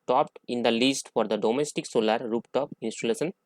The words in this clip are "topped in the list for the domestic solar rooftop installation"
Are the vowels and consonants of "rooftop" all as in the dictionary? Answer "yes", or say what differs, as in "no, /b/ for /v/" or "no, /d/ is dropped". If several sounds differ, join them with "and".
no, /p/ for /f/